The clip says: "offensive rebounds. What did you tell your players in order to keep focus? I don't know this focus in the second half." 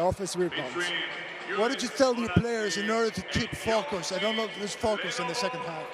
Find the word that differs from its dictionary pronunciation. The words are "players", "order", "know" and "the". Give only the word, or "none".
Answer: none